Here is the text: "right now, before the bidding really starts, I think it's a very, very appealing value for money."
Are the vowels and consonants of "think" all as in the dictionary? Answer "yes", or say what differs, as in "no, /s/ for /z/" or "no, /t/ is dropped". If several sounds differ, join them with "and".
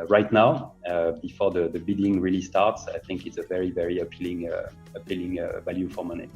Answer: yes